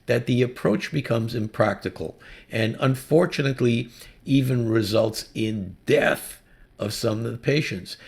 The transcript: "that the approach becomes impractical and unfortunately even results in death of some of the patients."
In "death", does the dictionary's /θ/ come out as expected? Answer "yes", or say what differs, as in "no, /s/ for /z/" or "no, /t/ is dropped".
yes